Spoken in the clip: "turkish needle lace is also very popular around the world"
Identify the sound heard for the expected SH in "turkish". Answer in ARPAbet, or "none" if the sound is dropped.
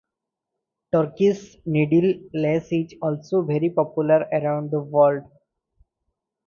S